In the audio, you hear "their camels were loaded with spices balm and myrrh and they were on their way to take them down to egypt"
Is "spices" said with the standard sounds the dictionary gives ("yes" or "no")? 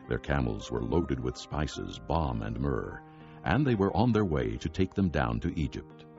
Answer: yes